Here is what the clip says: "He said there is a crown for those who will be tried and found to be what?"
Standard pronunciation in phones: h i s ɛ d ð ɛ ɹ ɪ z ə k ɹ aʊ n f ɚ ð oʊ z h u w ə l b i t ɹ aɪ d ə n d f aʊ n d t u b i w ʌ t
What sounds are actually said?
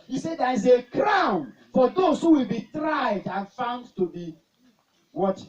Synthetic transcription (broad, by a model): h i s ɛ d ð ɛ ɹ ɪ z ə k ɹ aʊ n f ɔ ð oʊ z h u w ə l b i t ɹ aɪ d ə n f aʊ n d t u b i w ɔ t